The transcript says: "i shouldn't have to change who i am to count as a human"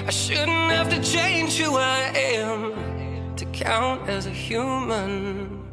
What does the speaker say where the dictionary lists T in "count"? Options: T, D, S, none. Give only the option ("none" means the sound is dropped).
T